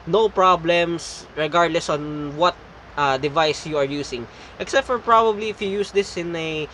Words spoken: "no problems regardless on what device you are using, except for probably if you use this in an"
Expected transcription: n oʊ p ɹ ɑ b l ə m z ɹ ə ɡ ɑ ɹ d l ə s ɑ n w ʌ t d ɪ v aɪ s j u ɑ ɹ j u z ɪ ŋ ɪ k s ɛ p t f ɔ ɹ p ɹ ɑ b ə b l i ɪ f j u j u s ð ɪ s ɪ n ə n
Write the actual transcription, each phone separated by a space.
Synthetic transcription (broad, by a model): n oʊ p ɹ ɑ b l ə m s ɹ ə ɡ ɑ ɹ d l ə s ɑ n w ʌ t d ɪ v aɪ s j u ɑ ɹ j u s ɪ ŋ ɪ k s ɛ p t f ɔ ɹ p ɹ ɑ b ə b l i ɪ f j u j u s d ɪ s ɪ n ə